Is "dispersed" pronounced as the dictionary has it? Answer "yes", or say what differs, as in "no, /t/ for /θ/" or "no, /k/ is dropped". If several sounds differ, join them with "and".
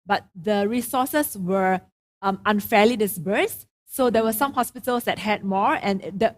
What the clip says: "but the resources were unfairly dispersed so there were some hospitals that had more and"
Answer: no, /b/ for /p/